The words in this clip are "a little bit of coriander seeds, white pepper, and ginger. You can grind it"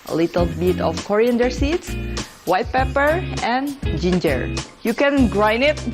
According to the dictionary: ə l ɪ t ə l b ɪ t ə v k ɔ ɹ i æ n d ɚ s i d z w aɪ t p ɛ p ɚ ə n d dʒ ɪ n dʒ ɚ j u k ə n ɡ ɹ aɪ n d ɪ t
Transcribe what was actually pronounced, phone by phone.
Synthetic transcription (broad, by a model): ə l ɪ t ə l b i t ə f k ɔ ɹ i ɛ n d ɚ s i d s w aɪ t p ɛ p ɚ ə n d dʒ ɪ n dʒ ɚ j u k ə n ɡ ɹ aɪ n ɪ t